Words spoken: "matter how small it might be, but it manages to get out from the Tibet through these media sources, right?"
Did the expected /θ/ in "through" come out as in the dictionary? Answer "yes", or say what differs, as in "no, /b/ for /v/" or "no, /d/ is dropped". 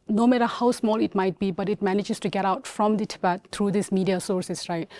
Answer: no, /t/ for /θ/